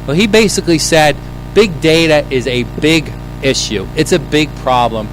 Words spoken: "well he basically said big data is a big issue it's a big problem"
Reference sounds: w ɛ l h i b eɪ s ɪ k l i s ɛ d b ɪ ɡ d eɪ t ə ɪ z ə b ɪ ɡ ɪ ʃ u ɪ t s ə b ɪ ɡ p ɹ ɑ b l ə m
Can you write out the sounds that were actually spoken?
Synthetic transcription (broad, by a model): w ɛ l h i b eɪ s ɪ k l i s ɛ d b ɪ ɡ d eɪ t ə ɪ z ə b ɪ ɡ ɪ ʃ u ɪ t s ə b ɪ ɡ p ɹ ɑ b l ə m